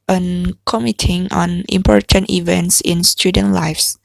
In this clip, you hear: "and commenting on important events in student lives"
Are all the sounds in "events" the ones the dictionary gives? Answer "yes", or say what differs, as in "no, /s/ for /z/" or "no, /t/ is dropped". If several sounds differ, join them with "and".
yes